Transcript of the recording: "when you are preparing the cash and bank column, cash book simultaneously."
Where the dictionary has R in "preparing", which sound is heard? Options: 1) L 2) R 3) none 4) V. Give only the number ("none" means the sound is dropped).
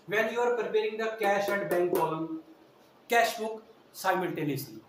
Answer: 2